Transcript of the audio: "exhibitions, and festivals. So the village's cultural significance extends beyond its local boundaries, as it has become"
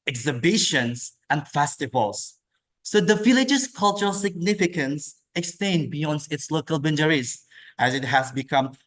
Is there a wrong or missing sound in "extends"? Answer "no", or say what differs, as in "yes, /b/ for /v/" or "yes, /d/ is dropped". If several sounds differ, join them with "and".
yes, /z/ is dropped